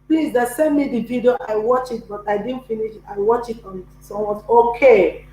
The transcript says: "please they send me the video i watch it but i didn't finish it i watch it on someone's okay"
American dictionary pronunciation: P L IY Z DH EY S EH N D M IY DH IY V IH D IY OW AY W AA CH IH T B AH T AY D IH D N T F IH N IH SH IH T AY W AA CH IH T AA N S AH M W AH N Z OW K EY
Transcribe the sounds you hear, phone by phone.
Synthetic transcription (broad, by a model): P L IY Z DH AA S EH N M IY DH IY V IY D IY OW AY W AA CH IH T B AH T AY D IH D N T F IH N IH SH IH T AY W AA CH IH T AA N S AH W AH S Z OW K EY